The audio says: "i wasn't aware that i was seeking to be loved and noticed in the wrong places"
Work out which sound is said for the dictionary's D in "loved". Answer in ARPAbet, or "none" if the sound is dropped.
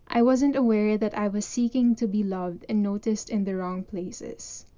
D